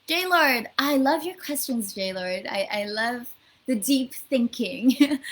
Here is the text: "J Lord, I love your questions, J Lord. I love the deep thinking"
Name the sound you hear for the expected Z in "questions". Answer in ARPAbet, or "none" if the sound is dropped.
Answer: Z